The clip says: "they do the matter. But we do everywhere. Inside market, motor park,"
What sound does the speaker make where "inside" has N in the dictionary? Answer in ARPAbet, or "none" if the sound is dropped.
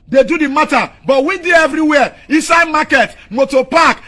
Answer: none